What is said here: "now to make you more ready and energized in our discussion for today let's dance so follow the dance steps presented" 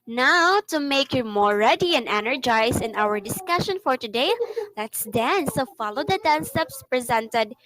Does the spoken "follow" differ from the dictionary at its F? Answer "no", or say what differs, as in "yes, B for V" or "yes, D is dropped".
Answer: no